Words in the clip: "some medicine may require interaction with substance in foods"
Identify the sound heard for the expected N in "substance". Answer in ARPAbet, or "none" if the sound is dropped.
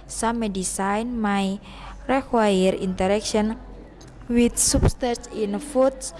none